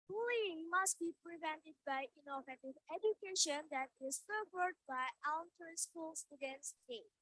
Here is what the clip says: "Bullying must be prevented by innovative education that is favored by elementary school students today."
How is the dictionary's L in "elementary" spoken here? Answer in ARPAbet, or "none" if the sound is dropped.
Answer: none